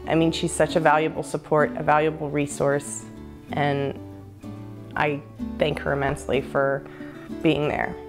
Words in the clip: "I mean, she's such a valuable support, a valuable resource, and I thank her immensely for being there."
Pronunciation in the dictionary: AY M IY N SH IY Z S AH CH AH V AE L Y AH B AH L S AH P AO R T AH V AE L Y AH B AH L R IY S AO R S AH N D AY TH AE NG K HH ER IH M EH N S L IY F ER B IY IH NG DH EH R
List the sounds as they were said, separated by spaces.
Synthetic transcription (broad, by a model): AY M IY N SH IY Z S AH CH AH V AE L Y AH B L S AH P AO R T AH V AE L Y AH B L R IY S AO R S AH N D AY TH AE NG K HH ER IH M EH N S L IY F ER B IY IH NG DH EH R